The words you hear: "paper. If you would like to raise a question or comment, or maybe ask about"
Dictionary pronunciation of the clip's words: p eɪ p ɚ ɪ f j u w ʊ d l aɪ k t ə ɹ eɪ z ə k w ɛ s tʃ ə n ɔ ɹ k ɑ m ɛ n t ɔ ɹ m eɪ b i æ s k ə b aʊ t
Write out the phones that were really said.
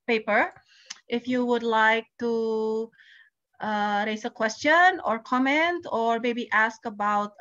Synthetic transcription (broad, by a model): p eɪ p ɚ ɪ f j u w ʊ d l aɪ k t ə ɹ eɪ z ə k w ɛ s tʃ ə n ɔ ɹ k ɑ m ɛ n t ɔ ɹ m eɪ b i æ s k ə b aʊ t